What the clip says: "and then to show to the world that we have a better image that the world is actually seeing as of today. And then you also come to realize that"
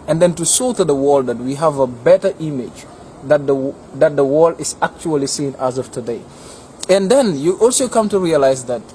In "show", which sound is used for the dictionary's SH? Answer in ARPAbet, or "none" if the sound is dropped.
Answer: S